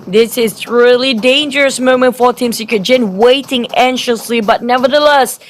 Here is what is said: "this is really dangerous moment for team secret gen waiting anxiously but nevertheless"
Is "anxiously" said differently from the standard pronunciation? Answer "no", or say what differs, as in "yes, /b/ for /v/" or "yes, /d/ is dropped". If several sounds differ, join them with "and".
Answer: yes, /k/ is dropped